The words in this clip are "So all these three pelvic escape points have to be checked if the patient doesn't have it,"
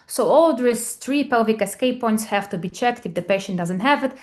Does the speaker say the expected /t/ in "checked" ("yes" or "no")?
yes